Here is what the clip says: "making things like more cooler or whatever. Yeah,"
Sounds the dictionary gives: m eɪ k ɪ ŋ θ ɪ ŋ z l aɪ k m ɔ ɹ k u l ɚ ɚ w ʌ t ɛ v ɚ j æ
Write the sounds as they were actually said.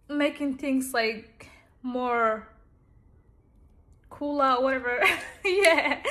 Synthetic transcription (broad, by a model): m eɪ k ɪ ŋ θ ɪ ŋ z l aɪ k m ɔ ɹ k u l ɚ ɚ w ʌ t ɛ v ɚ j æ